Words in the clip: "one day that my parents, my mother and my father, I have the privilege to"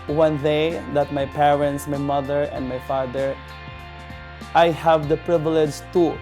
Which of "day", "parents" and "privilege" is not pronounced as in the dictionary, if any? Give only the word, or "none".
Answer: none